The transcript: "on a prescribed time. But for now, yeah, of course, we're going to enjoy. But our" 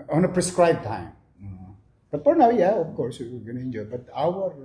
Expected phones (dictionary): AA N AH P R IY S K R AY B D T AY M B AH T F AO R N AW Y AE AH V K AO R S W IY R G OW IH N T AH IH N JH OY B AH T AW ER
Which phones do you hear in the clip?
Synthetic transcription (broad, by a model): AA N AH P R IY S K R AY B T AY M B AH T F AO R N AW Y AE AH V K AO R S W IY W G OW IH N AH IH N JH OY B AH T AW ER